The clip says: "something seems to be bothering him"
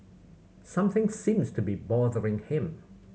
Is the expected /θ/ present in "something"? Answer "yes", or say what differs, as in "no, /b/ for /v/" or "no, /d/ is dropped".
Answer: yes